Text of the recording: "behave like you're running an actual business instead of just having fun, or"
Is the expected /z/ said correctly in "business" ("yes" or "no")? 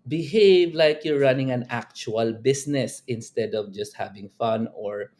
no